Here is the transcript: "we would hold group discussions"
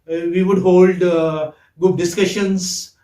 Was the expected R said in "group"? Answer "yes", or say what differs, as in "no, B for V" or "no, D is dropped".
no, R is dropped